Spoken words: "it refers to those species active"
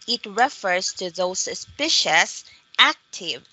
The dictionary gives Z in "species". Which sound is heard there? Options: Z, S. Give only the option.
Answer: S